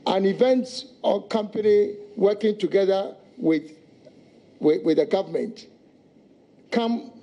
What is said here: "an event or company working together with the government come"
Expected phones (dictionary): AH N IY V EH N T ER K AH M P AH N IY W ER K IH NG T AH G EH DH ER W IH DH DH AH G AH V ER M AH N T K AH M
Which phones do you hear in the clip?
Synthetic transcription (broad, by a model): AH N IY V EH N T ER K AH M P AH N IY W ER K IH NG T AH G EH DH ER W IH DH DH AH G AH V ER M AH N T K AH M